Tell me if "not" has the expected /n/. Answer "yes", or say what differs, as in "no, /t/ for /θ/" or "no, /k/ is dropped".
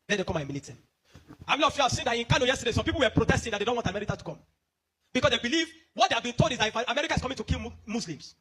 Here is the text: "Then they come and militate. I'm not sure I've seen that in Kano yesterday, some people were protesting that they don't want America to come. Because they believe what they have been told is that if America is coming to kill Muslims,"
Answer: no, /l/ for /n/